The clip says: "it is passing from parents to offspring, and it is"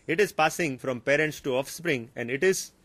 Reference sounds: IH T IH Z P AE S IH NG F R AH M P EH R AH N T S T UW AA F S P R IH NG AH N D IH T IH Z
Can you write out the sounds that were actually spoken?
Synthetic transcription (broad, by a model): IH T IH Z P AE S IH NG F R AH M P EH R AH N T S T UW AA F S P R IH NG AH N D IH T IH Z